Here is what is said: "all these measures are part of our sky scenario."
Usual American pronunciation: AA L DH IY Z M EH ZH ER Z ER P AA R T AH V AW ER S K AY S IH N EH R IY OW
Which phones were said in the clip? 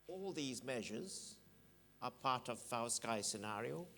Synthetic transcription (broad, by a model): AA L DH IY Z M EH ZH ER Z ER P AA R T AH V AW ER S K AY S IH N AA R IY OW